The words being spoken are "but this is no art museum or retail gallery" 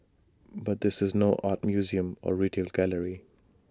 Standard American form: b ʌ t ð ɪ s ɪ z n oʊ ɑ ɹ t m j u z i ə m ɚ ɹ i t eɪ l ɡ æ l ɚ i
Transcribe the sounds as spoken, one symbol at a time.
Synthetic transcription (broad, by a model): b ʌ t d ɪ s ɪ z n oʊ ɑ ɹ t m j u z i ə m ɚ ɹ i t eɪ l ɡ æ l ɚ i